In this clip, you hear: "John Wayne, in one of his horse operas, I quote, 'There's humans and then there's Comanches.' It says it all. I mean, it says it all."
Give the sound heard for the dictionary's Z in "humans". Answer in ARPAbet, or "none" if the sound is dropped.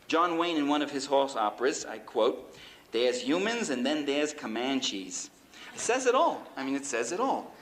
Z